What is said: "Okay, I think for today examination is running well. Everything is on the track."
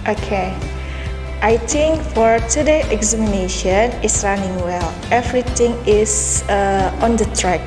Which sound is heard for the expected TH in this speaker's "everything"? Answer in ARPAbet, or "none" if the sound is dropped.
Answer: T